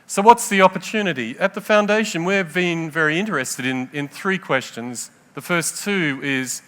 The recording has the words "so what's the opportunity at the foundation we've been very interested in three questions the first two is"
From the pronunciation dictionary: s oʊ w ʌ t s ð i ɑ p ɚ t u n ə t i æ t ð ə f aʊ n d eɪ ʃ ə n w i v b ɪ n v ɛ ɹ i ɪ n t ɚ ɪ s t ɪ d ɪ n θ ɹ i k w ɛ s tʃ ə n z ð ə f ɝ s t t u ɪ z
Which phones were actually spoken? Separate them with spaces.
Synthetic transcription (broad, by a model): s oʊ w ʌ t s ð i ɑ p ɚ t u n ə t i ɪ t ð ə f aʊ n d eɪ ʃ ə n w i v b ɪ n v ɛ ɹ i ɪ n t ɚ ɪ s t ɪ d ɪ n θ ɹ i k w ɛ s tʃ ə n z ð ə f ɝ s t t u ɪ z